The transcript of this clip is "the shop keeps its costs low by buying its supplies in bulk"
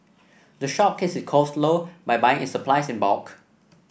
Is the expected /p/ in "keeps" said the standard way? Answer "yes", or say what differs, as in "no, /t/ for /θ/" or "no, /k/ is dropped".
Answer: no, /p/ is dropped